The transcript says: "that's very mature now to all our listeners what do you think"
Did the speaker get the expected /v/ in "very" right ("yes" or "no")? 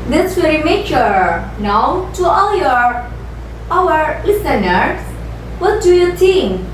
no